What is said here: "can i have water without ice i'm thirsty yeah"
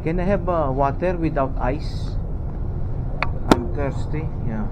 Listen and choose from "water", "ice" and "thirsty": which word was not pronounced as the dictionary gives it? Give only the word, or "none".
thirsty